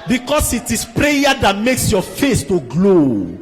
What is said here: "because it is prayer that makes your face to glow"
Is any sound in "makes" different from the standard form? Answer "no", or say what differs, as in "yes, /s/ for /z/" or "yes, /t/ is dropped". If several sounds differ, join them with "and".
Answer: no